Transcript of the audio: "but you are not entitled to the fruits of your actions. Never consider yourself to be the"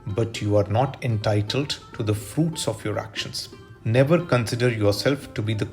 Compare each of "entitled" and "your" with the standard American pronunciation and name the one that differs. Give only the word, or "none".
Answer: none